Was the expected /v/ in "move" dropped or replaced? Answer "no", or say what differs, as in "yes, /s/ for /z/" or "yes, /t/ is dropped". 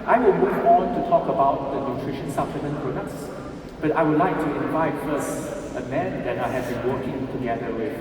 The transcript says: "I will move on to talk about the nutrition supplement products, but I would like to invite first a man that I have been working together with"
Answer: yes, /f/ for /v/